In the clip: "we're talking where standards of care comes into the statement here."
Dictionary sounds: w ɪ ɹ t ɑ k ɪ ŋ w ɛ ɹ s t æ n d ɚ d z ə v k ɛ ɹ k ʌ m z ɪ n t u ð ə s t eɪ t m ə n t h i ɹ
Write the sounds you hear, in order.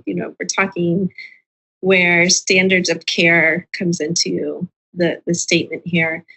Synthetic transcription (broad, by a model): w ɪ ɹ t ɑ k ɪ ŋ w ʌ ɹ s t æ n d ɚ d z ə v k ɛ ɹ k ʌ m z ɪ n t u ð ə s t eɪ t m ə n t h i ɹ